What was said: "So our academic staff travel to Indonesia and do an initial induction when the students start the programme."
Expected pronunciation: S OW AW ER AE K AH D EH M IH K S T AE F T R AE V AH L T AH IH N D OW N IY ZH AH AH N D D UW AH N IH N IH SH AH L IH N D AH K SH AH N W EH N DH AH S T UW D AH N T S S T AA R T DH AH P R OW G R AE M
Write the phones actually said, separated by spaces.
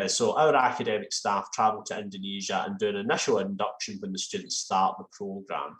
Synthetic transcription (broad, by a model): S OW AW ER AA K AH D EH M IH K S T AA F T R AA V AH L T AH IH N D OW N IY ZH AH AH N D D UW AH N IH N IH SH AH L IH N D AH K SH AH N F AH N DH AH S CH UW D N T S S T AA R T DH AH P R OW G R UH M